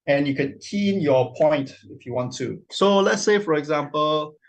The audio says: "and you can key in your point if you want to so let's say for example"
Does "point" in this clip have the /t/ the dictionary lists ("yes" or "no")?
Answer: yes